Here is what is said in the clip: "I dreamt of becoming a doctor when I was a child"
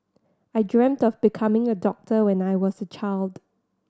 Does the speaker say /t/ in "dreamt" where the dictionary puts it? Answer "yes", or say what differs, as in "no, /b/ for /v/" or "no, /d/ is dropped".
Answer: yes